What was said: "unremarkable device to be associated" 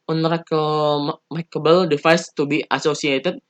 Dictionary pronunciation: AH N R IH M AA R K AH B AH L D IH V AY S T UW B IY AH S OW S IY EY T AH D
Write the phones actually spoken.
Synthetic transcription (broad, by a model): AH N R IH M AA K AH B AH L D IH F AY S T UW B IY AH S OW S IY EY T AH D